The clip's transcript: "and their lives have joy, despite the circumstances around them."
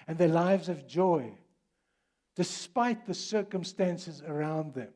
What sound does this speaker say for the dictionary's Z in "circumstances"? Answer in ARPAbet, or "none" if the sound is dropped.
Z